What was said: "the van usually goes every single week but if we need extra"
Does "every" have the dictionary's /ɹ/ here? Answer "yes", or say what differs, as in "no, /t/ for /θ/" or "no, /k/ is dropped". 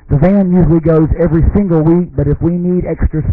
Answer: yes